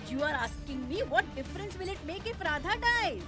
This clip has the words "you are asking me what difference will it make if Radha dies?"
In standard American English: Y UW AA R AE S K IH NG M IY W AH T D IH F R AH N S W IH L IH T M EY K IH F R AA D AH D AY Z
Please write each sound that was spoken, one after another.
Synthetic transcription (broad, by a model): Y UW AA R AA S K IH NG M IY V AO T D IH F R AH N S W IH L IH T M EY K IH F R AA D AH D AY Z